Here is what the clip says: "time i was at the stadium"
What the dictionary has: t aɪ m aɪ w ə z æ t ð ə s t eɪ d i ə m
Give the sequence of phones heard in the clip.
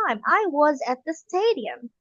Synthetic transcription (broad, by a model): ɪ m aɪ w ə z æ t ð ə s t eɪ d i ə m